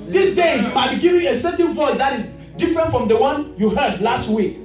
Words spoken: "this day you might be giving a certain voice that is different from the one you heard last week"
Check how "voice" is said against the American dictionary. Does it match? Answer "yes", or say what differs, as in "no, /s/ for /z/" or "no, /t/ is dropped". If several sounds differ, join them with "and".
yes